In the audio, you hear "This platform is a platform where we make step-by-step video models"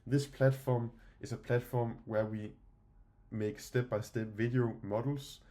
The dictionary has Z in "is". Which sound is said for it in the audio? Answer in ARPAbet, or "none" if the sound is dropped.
S